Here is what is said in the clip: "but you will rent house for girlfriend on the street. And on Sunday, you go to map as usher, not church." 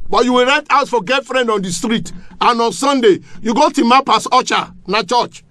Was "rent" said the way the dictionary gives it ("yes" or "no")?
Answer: no